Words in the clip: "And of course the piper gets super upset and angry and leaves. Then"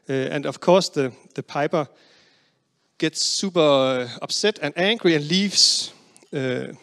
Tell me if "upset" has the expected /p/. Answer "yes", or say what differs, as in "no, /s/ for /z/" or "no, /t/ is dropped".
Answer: no, /b/ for /p/